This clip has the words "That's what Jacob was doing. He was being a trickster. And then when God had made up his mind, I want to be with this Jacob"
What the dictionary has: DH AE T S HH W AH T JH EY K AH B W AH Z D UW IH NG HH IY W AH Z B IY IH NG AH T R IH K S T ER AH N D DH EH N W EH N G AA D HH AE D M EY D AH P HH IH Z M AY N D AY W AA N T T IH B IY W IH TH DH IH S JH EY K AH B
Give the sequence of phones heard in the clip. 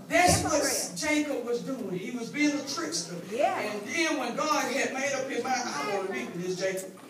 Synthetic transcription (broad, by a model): DH AE T S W W AH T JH EY K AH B W AH Z D UW IH NG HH IY W AH Z B IY IH NG AH T R IH K S T ER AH N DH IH N W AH N G AA D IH D M EY D AH P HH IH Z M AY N AY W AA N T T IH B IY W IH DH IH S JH EY K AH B